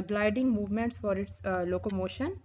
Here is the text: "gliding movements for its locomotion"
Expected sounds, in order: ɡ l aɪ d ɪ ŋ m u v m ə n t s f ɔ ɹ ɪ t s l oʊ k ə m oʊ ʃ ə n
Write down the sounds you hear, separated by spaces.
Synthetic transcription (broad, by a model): ɡ l aɪ d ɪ ŋ m u v m ə n t s f ɔ ɹ ɪ t s l oʊ k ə m oʊ ʃ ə n